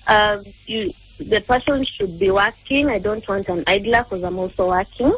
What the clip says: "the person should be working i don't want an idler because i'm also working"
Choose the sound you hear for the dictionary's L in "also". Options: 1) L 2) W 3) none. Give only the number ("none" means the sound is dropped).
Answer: 3